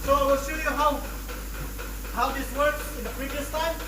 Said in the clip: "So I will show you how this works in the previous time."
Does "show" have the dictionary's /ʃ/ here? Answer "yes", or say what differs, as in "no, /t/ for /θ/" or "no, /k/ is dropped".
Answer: no, /s/ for /ʃ/